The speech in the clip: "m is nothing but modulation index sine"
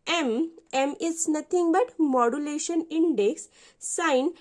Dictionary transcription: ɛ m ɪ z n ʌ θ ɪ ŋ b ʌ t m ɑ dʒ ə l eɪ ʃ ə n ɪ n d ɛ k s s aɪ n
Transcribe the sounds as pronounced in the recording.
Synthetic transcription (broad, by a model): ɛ m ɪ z n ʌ t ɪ ŋ b ʌ t m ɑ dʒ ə l eɪ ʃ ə n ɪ n d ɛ k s s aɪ n